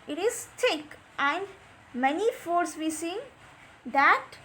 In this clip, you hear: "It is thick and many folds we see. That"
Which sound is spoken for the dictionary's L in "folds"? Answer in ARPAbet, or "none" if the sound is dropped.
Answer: none